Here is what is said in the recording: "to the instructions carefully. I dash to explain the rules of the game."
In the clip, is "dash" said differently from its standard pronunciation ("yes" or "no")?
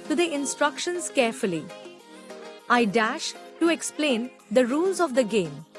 no